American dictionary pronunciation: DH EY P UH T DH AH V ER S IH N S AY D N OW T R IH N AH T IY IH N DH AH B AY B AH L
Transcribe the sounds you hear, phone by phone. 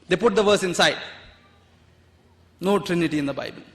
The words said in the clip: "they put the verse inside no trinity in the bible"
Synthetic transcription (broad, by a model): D EY P UH T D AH V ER S IH N S AY D N OW T R IH N AH T IY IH N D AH B AY B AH L